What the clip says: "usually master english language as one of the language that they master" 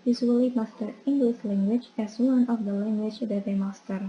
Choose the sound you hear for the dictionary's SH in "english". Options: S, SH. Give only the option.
S